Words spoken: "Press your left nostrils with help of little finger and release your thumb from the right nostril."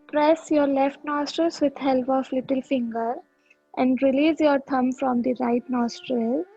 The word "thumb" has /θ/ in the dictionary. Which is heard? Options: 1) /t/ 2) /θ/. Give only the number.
1